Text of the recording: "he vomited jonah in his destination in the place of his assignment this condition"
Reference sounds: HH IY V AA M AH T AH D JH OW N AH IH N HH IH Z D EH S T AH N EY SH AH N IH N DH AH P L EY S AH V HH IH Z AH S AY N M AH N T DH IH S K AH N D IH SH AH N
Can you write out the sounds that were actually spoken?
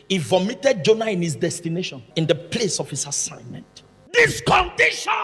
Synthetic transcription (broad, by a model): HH IY V AA M AH T AH D JH OW N AH IH N HH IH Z D EH S T AH N EY SH AH N IH N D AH P L EY S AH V HH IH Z AH S AY N M AH N T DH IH S K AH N D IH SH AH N